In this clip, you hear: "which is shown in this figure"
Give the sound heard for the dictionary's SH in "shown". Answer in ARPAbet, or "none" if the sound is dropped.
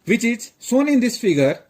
S